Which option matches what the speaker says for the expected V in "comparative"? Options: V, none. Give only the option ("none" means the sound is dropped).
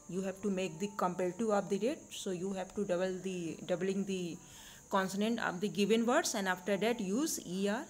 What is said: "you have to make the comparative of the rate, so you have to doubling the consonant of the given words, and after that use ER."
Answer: none